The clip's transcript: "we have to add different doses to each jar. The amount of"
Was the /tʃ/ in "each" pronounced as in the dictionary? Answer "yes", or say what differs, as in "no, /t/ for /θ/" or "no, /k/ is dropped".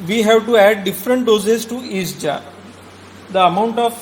no, /s/ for /tʃ/